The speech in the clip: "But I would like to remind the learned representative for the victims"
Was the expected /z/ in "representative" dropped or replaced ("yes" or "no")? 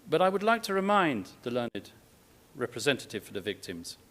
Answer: no